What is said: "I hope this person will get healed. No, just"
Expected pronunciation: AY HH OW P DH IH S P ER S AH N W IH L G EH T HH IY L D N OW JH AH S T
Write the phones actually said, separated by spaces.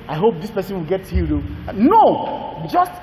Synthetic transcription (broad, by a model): AY HH OW P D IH S P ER S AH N W IH L G EH T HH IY D N OW JH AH S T